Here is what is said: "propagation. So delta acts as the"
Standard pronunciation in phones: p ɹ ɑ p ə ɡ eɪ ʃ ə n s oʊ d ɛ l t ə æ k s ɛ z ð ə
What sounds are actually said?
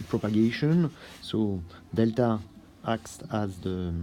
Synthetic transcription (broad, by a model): p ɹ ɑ p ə ɡ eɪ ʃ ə n s oʊ d ɛ l t ə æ k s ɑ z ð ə